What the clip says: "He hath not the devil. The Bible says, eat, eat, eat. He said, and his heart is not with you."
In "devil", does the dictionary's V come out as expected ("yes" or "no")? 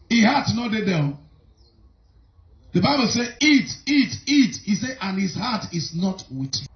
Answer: no